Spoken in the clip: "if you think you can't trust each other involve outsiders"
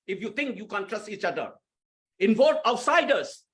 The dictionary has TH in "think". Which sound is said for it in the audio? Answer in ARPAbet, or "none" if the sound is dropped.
T